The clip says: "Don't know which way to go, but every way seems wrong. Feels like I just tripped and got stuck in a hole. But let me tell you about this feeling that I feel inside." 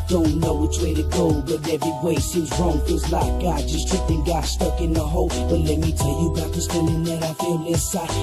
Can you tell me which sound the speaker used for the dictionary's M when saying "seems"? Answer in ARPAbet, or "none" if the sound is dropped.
none